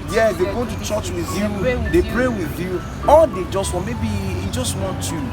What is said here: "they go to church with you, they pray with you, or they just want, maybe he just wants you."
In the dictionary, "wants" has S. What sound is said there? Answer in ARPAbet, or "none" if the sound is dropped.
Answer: none